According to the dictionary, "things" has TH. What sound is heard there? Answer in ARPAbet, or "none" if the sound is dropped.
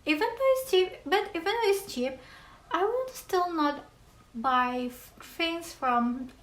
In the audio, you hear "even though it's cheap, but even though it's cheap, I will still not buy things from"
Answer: F